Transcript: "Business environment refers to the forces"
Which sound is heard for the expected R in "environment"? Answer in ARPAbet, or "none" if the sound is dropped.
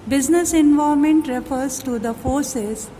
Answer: none